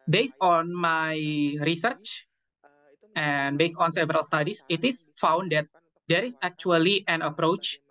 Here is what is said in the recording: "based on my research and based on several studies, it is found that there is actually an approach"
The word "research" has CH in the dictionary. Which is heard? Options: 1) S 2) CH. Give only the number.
2